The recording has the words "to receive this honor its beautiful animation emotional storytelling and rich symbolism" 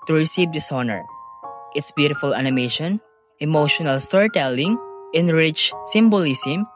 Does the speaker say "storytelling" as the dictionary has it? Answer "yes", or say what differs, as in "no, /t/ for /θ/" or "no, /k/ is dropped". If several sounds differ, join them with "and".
yes